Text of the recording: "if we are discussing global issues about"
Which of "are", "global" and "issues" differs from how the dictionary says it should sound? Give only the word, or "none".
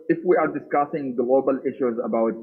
none